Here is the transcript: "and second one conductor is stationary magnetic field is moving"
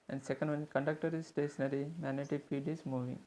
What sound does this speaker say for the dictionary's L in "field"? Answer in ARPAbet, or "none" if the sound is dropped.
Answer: none